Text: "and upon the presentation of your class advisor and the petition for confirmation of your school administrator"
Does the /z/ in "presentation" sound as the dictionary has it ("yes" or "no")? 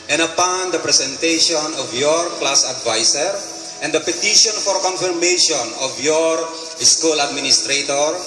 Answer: no